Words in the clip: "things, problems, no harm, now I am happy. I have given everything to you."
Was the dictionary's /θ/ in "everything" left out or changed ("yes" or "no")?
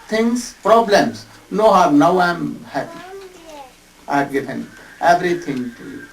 yes